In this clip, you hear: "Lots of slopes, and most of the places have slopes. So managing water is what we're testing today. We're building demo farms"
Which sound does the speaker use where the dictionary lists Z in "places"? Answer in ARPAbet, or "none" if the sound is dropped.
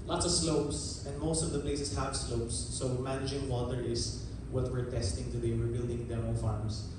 S